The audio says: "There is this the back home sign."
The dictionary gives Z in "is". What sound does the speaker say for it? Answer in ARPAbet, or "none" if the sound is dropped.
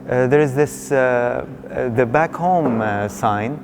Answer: Z